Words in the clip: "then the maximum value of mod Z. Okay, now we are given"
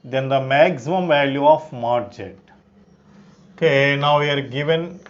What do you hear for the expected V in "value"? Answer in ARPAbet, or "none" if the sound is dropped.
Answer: V